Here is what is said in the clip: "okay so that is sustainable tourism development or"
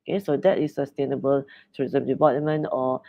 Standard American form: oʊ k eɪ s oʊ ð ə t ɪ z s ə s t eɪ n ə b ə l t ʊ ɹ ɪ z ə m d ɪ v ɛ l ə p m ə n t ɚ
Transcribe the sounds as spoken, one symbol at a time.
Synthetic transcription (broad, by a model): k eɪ s oʊ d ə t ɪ s ə s t eɪ n ə b ə l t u ɪ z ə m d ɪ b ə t m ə n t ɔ